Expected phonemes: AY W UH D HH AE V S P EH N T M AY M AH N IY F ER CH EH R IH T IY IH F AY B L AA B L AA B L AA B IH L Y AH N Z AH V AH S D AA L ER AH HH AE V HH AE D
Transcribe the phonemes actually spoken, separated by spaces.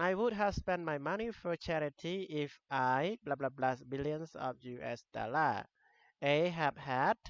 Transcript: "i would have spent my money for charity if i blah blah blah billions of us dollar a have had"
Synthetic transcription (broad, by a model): AY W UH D HH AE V S P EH N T M AY M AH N IY F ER CH EH R IH T IY IH F AY B L AA B L AA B L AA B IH L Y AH N S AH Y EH S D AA L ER AH HH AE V HH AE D